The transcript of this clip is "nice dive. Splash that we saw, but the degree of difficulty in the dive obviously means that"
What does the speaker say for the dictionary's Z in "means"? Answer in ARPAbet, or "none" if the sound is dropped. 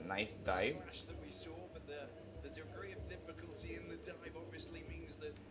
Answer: Z